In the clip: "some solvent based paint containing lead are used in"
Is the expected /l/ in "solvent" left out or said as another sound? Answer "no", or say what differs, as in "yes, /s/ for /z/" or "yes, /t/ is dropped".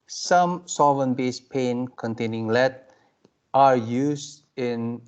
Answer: yes, /l/ is dropped